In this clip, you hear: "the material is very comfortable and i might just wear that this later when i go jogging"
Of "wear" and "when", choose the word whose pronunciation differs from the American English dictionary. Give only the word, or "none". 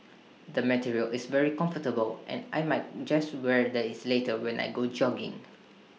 none